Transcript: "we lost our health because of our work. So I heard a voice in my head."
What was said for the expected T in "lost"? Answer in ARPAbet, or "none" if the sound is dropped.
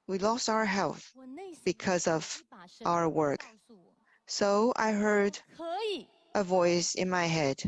T